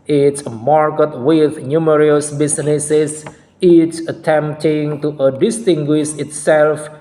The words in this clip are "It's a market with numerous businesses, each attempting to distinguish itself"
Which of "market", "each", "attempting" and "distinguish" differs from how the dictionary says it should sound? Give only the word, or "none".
each